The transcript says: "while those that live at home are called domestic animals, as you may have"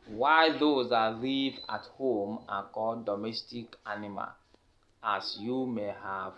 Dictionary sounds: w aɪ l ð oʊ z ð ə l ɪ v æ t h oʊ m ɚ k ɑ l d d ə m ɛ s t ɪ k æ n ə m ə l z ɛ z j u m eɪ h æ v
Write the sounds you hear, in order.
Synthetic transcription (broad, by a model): w aɪ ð oʊ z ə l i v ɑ t h oʊ m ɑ k ɑ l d d ə m ɛ s t ɪ k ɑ n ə m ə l ɑ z j u m eɪ h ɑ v